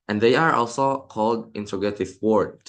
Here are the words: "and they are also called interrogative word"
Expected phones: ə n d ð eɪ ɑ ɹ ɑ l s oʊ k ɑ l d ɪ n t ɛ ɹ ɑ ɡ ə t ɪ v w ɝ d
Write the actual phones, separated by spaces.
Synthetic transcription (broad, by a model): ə n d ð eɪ ɑ ɹ ɑ l s oʊ k ɑ l d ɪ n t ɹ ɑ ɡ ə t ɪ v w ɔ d